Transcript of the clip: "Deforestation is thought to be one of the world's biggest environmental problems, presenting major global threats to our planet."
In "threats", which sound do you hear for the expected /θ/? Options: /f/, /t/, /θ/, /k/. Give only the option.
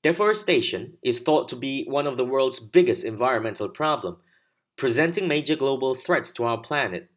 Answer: /θ/